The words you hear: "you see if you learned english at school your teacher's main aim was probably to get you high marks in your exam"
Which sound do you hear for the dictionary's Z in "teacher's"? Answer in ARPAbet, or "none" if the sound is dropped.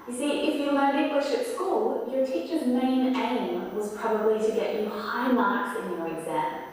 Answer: Z